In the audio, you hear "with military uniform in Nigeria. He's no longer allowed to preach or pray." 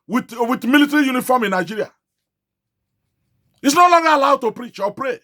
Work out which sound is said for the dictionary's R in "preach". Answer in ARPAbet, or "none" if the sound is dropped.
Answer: R